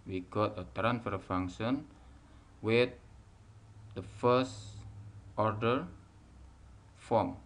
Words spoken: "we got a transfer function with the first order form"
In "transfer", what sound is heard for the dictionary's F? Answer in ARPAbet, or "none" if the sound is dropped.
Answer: F